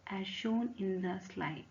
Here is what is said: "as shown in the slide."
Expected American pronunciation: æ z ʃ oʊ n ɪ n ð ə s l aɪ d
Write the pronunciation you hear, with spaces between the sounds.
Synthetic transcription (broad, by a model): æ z ʃ oʊ n ɪ n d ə s l aɪ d